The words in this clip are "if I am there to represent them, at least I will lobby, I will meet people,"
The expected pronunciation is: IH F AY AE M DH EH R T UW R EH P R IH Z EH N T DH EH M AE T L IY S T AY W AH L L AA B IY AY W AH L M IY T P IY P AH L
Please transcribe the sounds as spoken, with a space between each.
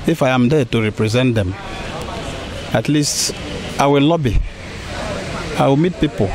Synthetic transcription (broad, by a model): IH F AY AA M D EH T UW R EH P R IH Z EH N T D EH M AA T L IY S T AY W AH L L AA B IY AY W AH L M IY T P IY P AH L